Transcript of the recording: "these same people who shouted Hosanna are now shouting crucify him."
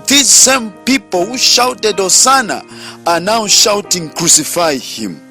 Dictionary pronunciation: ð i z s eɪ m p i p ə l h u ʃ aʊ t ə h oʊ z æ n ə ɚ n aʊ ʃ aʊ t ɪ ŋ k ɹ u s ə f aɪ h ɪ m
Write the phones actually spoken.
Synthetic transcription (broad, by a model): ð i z s eɪ m p i p ə l h u ʃ aʊ t ə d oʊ s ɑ n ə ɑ n aʊ ʃ aʊ t ɪ ŋ k ɹ u s ə f aɪ h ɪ m